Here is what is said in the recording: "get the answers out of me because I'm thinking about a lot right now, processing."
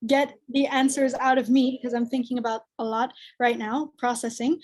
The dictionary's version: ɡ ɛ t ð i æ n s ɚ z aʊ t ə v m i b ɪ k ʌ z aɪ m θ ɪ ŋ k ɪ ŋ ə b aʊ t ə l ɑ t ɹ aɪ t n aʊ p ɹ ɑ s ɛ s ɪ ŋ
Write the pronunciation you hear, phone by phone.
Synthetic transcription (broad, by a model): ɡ ɛ t ð i æ n s ɚ z aʊ t ə v m i b ɪ k ʌ z aɪ m θ ɪ ŋ k ɪ ŋ ə b aʊ t ə l ɑ t ɹ aɪ t n aʊ p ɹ ɑ s ɛ s ɪ ŋ